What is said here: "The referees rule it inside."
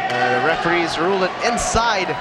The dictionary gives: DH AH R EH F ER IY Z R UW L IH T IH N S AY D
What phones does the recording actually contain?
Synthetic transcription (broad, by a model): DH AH R EH F ER IY Z R UW L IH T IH N S AY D